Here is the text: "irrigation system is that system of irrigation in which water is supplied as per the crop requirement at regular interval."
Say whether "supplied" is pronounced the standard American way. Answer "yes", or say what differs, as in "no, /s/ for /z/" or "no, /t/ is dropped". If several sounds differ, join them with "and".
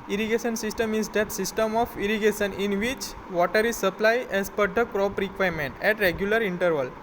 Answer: no, /d/ is dropped